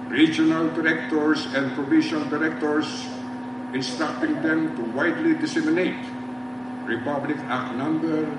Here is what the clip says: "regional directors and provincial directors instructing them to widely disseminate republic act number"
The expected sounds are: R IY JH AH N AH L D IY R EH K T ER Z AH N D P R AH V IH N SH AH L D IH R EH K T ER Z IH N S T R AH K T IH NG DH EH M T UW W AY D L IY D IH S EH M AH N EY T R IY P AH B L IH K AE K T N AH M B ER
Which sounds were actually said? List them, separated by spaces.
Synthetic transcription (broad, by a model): R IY JH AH N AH L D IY R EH K T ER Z AH N D P R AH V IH SH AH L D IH R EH K T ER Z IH N S T R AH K T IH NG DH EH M T UW W AY D L IY D IH S EH M AH N EY T R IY P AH B L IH K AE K N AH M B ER